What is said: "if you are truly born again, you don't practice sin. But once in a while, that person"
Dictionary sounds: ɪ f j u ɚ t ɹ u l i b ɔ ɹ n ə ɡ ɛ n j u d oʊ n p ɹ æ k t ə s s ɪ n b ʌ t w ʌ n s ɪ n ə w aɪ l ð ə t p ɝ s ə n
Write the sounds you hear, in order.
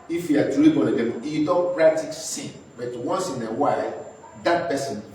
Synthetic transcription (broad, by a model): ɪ f j u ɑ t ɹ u i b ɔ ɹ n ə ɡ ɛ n j u d oʊ n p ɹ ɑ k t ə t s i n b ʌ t w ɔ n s ɪ n ə w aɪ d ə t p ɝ s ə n